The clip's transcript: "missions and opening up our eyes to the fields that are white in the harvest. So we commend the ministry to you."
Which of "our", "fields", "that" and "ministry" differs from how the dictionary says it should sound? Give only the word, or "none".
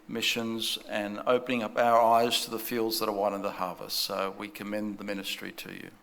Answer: none